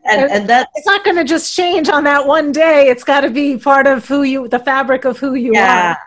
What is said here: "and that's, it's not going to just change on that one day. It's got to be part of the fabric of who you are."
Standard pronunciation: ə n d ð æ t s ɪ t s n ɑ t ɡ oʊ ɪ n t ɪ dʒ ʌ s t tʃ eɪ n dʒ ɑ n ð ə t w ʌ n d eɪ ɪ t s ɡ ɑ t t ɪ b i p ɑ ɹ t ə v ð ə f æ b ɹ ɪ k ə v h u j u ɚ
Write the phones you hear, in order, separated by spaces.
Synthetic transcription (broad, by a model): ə n ð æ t ɪ t s n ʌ t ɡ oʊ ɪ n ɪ dʒ ʌ s tʃ eɪ n dʒ n ð ə t w ʌ n d eɪ ɪ t s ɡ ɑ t t ɪ b i p ɑ ɹ t ə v ð ə f æ b ɹ ɪ k ə v h u j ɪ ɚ